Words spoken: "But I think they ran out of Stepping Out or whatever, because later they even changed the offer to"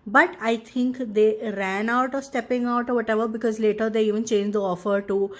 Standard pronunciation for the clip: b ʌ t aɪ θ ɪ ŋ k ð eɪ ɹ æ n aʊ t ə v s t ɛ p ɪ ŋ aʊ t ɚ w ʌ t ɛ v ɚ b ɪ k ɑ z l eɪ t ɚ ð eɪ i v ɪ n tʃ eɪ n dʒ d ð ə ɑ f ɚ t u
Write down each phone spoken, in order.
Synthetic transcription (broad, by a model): b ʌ t aɪ t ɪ ŋ k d eɪ ɹ æ n aʊ t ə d s t ɛ p ɪ ŋ aʊ t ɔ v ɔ t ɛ v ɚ b ɪ k ɑ z l eɪ t ɚ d eɪ i v ɪ n tʃ eɪ n dʒ d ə ɑ f ɚ t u